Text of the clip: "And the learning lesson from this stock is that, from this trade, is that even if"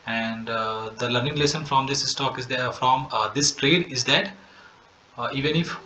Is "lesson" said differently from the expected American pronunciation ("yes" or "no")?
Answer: no